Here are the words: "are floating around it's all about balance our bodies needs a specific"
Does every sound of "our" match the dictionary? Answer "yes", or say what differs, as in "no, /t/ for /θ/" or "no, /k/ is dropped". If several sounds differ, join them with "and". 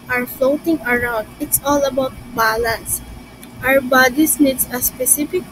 no, /w/ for /ɹ/